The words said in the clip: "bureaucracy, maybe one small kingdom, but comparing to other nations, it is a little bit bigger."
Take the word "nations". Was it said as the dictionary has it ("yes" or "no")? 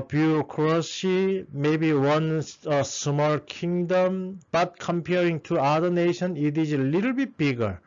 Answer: no